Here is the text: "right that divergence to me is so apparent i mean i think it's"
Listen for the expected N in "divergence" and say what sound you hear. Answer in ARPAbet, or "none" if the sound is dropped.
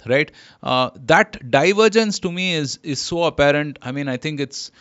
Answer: N